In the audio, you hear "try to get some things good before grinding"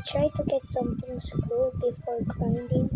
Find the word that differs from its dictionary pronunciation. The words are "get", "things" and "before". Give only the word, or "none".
things